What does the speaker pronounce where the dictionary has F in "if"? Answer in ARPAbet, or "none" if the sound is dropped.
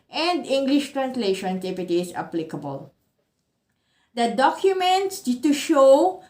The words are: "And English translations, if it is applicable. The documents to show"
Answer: P